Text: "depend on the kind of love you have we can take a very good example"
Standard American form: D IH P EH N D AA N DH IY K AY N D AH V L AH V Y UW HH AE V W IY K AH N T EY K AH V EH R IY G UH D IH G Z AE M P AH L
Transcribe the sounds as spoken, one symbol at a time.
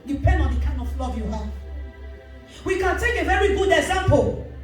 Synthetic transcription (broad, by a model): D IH P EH N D AA N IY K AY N AH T L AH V Y UW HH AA W IY K AH N T EY K AH V EH R IY G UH D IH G Z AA M P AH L